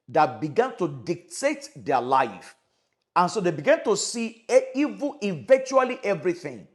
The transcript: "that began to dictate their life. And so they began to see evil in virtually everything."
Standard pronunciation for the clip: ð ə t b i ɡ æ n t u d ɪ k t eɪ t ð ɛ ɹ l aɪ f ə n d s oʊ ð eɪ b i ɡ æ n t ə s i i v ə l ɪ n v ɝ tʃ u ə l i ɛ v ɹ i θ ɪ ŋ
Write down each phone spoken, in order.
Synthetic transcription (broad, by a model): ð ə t b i ɡ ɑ n t u d ɪ k t eɪ t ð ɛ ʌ l aɪ f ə n s oʊ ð eɪ b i ɡ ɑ n t ə s i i v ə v ɪ n tʃ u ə l i ɛ v ɹ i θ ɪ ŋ